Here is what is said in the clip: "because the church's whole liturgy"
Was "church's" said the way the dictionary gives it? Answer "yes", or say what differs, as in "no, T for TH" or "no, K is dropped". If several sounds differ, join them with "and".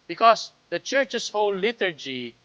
no, S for Z